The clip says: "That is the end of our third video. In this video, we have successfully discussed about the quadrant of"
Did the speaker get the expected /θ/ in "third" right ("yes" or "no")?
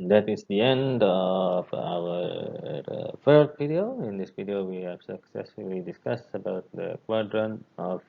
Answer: no